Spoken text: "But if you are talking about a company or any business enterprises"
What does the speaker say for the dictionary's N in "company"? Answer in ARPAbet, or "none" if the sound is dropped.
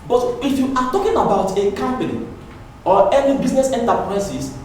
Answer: L